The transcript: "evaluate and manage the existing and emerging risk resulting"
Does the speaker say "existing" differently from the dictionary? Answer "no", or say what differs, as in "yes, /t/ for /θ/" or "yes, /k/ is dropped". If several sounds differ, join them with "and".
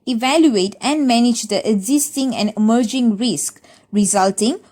no